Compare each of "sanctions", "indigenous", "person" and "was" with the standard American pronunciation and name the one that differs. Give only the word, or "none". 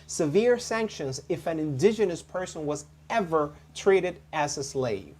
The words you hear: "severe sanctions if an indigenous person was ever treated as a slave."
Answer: none